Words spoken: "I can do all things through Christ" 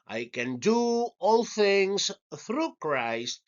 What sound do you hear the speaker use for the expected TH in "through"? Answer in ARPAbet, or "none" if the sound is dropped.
TH